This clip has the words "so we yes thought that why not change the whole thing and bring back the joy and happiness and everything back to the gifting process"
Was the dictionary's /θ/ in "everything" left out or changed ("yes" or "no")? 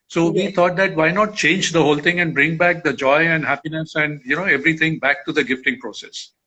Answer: yes